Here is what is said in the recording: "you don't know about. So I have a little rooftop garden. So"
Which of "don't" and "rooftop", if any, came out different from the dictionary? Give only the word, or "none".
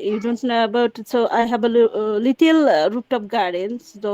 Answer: rooftop